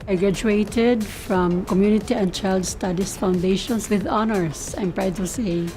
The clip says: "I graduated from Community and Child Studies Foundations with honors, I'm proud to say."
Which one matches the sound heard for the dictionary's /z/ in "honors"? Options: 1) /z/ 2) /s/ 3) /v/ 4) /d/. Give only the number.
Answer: 2